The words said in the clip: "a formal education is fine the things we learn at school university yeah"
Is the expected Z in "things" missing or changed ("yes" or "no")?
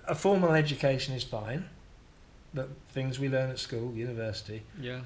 no